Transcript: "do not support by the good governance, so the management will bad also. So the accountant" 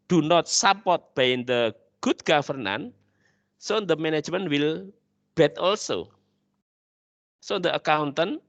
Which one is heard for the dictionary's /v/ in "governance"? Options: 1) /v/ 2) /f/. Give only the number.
2